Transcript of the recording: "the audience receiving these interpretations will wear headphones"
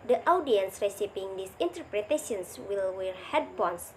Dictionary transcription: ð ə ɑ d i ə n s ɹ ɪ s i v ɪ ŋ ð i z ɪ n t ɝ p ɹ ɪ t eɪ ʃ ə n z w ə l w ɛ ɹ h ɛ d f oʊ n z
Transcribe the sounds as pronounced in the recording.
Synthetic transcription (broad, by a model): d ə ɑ d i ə n s ɹ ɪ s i p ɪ ŋ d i s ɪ n t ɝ p ɹ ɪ t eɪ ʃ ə n s w ə l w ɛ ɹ h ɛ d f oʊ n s